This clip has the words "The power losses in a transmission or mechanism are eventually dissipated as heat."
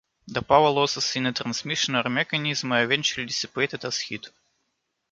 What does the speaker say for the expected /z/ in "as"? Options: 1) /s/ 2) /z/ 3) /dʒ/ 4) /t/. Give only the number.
1